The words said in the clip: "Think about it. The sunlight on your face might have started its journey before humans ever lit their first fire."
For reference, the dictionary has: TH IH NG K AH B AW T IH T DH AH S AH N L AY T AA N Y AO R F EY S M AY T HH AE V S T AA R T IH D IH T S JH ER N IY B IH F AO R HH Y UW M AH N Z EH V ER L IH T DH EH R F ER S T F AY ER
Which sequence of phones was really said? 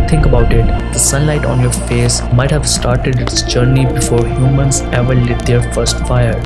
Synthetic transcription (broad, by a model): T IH NG K AH B AW T IH T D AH S AH N L AY T AA N Y AO R F EY S M AY T HH AE V S T AA R T IH D IH T S JH ER N IY B IH F AO R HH Y UW M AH N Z EH V ER L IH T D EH R F ER S T F AY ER